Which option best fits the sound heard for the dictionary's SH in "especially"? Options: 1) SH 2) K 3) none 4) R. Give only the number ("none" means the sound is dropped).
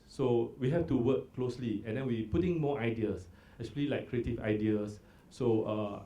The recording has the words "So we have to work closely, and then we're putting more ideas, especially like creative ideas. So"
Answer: 3